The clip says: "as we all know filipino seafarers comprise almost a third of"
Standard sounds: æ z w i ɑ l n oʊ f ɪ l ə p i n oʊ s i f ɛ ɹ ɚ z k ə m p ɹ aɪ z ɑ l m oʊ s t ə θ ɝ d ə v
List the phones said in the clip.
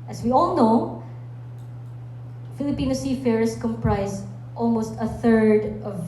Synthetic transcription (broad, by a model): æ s w i ɑ l n oʊ f ɪ l ə p i n oʊ s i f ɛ ɹ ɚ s k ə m p ɹ aɪ s ɑ l m oʊ s t ə θ ɝ d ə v